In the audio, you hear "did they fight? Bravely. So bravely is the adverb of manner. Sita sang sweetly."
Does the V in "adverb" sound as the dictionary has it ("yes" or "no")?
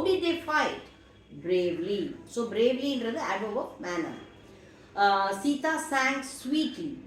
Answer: no